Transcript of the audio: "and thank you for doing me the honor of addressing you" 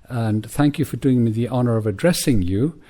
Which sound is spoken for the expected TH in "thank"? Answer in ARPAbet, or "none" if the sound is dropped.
TH